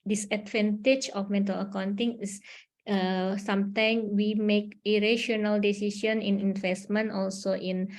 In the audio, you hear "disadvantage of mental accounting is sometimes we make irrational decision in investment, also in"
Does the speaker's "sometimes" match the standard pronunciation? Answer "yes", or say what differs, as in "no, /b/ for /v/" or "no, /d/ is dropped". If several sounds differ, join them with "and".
no, /z/ is dropped